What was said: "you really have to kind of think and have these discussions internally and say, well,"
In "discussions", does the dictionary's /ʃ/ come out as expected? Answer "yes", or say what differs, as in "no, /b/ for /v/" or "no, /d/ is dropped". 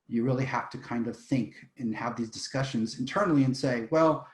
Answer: yes